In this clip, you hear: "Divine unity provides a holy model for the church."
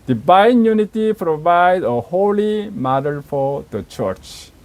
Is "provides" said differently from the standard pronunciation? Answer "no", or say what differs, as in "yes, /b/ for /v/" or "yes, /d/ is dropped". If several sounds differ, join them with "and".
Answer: yes, /z/ is dropped